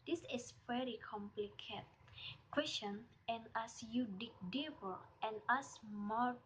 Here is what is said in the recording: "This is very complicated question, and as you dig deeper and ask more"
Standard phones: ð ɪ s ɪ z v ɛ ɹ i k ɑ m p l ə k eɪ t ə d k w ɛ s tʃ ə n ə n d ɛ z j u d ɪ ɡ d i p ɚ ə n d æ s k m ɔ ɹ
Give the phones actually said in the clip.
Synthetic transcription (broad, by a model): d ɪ s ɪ s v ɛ ɹ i k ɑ m p l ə k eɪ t k w ɛ s tʃ ə n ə n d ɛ s j u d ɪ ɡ d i b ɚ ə n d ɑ s m ɔ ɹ